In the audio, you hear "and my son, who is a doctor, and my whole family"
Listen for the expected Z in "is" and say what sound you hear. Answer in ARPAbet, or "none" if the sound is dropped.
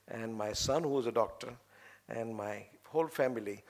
Z